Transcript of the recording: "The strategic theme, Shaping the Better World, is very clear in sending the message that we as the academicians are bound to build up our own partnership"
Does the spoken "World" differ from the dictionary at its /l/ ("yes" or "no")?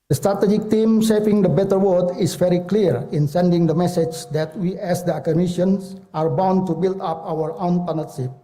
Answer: yes